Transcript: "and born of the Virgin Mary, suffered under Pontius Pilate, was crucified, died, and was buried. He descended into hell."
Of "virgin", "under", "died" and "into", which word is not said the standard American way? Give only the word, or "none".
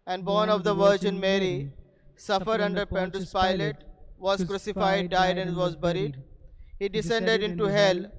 none